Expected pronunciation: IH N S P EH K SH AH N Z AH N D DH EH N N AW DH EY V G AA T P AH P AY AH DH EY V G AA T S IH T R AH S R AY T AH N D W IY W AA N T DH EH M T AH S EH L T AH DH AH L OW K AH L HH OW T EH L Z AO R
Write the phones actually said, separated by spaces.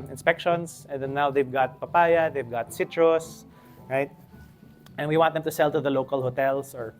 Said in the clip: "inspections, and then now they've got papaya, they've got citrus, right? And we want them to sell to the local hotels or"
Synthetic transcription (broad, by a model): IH N S P EH K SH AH N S AH N D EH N N AW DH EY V G AA T P AH P AY AH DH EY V G AA T S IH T R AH S R AY T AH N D W IY W AA N T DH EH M T AH S EH L T AH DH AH L OW K AH L HH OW T EH L S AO R